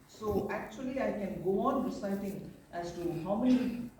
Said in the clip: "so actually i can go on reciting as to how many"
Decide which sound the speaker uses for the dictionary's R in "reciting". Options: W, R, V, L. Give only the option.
W